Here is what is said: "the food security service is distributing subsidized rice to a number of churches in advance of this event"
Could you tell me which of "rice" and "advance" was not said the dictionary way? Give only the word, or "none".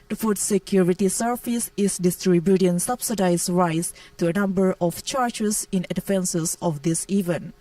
advance